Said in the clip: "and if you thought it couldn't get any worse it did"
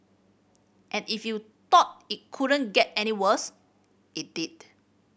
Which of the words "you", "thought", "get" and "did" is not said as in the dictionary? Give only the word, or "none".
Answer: thought